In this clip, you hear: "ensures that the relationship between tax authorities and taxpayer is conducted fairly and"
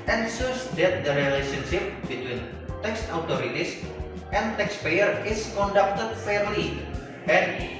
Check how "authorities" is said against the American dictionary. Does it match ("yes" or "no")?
no